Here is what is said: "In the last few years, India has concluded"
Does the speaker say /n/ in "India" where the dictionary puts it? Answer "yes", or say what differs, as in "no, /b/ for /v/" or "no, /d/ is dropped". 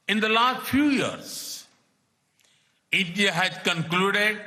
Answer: no, /n/ is dropped